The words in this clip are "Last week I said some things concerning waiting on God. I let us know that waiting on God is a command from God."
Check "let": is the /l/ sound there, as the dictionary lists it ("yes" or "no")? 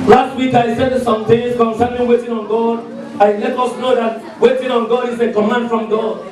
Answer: no